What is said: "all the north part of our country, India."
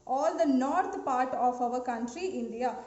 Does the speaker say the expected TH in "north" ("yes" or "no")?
no